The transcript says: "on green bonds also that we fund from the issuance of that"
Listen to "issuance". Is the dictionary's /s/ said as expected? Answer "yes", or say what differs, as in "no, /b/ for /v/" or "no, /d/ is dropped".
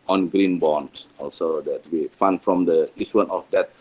no, /s/ is dropped